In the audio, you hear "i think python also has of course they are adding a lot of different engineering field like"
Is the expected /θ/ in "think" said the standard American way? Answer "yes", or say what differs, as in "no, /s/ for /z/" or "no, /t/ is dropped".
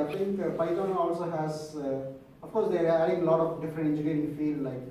no, /t/ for /θ/